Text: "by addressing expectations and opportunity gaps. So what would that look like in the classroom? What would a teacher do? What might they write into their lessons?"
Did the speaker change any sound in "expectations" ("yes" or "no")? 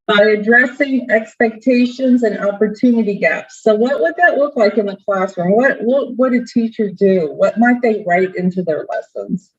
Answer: no